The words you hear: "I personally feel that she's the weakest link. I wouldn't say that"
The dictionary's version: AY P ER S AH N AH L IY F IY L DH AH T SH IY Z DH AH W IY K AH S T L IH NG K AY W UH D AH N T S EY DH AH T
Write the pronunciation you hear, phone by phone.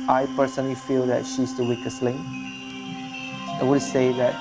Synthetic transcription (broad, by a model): AY P ER S AH N AH L IY F IY L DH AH T SH IY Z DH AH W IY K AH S L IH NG AY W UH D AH S EY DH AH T